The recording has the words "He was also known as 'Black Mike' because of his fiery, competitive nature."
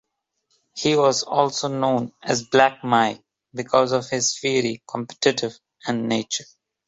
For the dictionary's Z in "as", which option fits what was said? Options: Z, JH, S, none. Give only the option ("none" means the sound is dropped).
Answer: Z